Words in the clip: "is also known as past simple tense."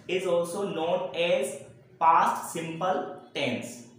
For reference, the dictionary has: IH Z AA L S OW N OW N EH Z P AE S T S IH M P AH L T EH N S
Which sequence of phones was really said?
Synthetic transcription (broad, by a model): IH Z AA L S OW N OW N EH Z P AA S T S IH M P AH L T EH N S